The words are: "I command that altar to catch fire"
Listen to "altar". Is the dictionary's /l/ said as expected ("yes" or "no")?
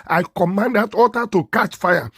no